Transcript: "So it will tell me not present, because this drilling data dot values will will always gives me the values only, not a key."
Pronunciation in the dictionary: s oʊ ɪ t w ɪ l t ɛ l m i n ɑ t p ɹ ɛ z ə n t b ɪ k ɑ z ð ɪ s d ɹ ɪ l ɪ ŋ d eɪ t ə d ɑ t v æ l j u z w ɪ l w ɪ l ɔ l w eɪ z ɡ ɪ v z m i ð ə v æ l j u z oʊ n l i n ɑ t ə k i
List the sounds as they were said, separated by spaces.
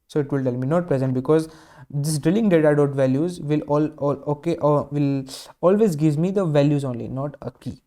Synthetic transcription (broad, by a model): s oʊ ɪ t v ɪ l t ɛ l m i n ɑ t p ɹ ɛ z ə n t b ɪ k ɑ z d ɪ s d ɹ ɪ l ɪ ŋ d eɪ t ə d ɑ t v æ l j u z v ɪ l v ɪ l ɔ l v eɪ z ɡ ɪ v m i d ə v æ l j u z oʊ n l i n ɑ t ə k i